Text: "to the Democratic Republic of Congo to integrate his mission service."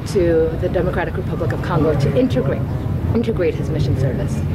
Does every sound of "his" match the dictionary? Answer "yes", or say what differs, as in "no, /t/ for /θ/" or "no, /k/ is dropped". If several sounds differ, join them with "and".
yes